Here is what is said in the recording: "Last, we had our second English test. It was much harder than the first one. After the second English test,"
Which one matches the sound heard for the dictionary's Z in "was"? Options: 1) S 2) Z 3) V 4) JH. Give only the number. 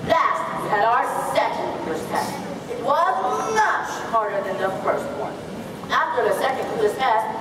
2